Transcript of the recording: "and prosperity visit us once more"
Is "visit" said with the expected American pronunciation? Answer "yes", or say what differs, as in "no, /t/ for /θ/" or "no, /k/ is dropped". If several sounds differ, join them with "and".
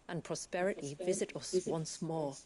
yes